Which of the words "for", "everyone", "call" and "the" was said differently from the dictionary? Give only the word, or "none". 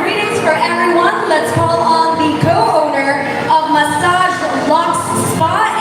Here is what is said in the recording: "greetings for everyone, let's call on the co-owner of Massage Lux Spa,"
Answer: everyone